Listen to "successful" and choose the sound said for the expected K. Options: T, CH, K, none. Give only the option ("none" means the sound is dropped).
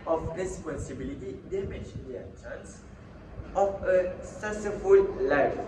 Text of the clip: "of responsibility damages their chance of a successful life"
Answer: none